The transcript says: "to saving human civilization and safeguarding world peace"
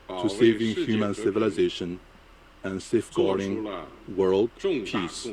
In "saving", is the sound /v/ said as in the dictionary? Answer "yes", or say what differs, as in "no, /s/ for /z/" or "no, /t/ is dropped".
yes